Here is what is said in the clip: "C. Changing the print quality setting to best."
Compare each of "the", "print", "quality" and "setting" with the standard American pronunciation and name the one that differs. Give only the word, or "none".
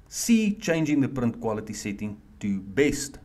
none